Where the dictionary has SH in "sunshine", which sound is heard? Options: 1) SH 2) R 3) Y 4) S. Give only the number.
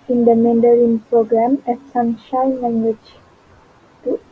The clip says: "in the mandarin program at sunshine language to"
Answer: 1